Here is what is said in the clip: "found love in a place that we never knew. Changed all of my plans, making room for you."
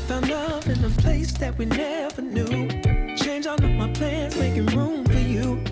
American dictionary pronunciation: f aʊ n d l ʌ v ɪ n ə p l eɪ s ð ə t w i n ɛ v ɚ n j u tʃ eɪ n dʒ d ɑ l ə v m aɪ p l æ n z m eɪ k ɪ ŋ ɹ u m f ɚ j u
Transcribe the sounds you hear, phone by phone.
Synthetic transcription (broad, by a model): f aʊ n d l ʌ v ɪ n ə p l eɪ s ð ə t w i n ɛ v ɚ n j u tʃ eɪ n dʒ ɑ n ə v m aɪ p l æ n z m eɪ k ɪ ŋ ɹ u m f ɚ j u